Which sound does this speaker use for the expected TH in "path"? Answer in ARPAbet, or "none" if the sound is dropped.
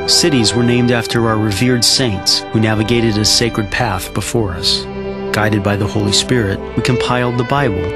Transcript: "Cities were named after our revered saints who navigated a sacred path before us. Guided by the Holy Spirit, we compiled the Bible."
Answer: TH